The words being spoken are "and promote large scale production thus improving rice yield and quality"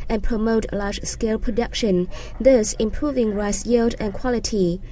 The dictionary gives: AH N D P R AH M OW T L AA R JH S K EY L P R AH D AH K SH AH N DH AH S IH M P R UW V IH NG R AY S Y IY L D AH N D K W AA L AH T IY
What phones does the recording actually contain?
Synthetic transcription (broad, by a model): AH N P R AH M OW T L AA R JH S K EY L P R AH D AH K SH AH N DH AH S IH M P R UW V IH NG R AY S Y IY L D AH N K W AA L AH T IY